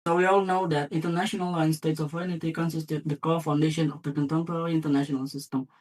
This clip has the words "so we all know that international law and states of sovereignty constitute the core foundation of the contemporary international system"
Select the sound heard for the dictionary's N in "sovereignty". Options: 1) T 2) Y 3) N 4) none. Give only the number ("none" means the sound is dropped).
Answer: 4